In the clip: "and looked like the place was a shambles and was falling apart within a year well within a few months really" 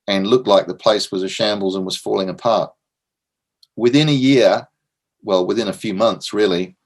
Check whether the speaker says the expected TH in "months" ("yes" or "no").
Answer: yes